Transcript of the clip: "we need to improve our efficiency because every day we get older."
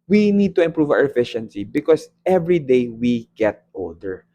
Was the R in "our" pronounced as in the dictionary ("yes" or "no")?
no